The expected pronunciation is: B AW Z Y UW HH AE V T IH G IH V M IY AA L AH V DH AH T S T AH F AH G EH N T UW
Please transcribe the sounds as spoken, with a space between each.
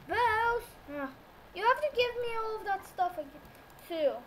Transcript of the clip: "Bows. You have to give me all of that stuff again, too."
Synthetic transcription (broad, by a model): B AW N Y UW HH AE F T IH G IH V M IY AA L AH V DH AH T S T AH F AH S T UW